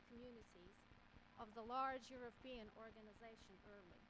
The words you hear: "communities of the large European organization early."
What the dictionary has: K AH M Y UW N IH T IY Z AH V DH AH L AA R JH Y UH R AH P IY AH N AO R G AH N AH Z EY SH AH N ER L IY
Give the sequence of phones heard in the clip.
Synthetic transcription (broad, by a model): K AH M Y UW N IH T IY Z AH V DH AH L AA R JH Y UH R AH P IY AH N AO R G AH N AH Z EY SH AH N ER L IY